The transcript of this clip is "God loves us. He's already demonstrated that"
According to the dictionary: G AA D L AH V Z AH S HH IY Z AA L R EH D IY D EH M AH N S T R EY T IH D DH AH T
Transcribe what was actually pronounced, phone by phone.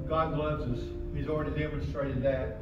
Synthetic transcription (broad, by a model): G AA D L AH V Z AH S HH IY Z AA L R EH D IY D EH M AH N S T R EY T IH D DH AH T